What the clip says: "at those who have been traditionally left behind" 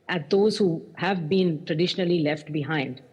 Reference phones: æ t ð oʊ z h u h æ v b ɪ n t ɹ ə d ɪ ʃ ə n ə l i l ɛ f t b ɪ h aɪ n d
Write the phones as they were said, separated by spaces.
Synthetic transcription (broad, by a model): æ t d oʊ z h u h æ v b ɪ n t ɹ ə d ɪ ʃ ə n ə l i l ɛ f t b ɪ h aɪ n d